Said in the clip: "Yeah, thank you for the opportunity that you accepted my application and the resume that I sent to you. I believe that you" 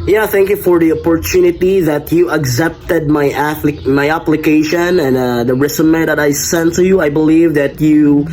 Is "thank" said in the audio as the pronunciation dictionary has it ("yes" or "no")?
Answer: yes